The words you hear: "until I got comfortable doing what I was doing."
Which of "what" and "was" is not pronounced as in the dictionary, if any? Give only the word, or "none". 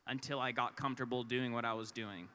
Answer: none